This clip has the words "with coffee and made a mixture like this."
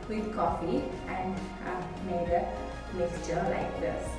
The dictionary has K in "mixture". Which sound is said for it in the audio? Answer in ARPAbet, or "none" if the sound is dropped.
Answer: none